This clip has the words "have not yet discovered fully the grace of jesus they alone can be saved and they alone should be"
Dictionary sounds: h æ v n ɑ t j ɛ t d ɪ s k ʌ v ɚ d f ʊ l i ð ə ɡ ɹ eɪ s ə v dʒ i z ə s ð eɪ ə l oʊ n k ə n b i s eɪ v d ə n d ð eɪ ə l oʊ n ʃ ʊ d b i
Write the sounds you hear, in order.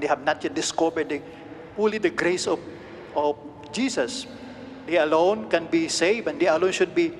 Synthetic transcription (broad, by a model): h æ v n ɑ t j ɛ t d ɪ s k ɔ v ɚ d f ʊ l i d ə ɡ ɹ eɪ s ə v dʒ i s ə s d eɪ ə l oʊ n k ə n b i s eɪ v ə n d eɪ ə l oʊ n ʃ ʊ d b i